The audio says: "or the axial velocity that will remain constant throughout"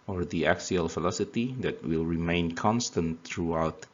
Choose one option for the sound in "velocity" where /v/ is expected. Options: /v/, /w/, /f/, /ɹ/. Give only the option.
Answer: /f/